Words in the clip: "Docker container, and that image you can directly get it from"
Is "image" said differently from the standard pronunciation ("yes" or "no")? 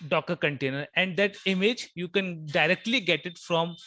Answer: no